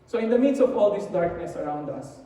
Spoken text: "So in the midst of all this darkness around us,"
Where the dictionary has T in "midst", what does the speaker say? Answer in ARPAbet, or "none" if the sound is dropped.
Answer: none